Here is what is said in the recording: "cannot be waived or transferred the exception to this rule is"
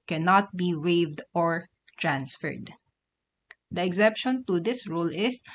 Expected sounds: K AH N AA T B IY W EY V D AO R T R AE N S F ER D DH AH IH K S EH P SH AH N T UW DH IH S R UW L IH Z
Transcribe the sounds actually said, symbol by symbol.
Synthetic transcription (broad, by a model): K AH N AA T B IY W EY V D AO R T R AE N S F ER D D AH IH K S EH P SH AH N T UW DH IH S R UW L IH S